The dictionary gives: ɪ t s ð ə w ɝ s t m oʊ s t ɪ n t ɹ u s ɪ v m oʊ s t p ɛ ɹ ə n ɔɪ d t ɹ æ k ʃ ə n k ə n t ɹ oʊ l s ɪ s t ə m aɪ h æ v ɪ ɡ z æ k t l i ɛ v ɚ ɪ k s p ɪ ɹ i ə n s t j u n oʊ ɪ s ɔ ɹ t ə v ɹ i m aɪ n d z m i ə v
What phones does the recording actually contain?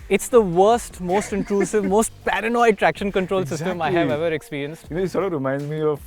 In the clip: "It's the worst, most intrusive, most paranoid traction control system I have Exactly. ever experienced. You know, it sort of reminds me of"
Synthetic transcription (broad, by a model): ɪ t s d ə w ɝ s t m oʊ s t ɪ n t ɹ u s ɪ v m oʊ s t p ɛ ɹ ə n ɔɪ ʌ t ɹ æ k ʃ ə n k ə n t ɹ oʊ l s ɪ s t ə m aɪ h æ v ɛ v ɚ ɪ k s p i ɹ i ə n s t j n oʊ ɪ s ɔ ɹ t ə ɹ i m aɪ n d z m i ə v